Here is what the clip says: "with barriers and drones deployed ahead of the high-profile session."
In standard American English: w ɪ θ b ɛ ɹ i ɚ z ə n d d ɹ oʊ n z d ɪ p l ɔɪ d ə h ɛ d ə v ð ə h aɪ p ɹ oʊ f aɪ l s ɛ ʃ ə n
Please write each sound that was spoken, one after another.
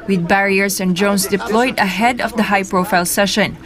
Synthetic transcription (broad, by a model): w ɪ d b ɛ ɹ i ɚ s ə n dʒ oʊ n s d ɪ p l ɔɪ d ə h ɛ d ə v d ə h aɪ p ɹ oʊ f aɪ l s ɛ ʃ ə n